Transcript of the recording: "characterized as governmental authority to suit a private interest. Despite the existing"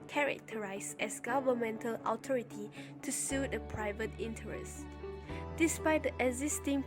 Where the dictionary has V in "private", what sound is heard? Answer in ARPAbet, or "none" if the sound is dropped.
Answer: V